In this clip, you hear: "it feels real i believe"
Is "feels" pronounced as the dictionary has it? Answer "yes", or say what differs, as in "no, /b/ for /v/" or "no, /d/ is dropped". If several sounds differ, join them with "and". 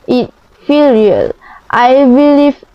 no, /z/ is dropped